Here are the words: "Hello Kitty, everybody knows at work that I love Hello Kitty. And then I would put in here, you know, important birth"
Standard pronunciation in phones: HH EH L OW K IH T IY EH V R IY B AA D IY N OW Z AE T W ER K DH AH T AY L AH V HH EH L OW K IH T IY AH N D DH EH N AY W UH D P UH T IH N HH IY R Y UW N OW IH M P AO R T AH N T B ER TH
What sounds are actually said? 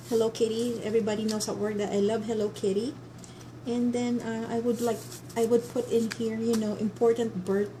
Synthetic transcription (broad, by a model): HH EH L OW K IH T IY EH V R IY B AA D IY N OW S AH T W ER K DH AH T AY L AH V HH EH L OW K IH T IY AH N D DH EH N AY W UH D P UH T IH N HH IY R Y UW N OW IH M P AO R T AH N T B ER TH